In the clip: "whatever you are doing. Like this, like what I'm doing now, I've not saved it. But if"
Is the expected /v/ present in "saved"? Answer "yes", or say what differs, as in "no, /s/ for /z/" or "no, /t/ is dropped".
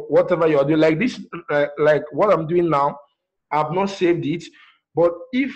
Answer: yes